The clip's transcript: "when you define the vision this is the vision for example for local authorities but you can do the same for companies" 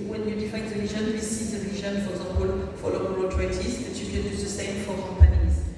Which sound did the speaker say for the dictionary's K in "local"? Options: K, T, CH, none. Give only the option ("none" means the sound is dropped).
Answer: none